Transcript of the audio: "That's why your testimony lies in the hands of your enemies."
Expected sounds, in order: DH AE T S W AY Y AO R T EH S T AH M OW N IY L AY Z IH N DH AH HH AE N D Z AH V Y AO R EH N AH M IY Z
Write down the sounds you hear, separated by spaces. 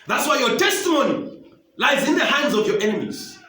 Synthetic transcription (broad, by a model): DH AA T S W AY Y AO T EH S T AH M OW N IY L AY Z IH N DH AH HH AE N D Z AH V Y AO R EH N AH M IY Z